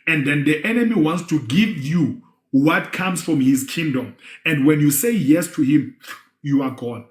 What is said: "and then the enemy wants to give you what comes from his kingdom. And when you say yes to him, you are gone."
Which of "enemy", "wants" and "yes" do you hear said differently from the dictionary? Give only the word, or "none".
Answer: none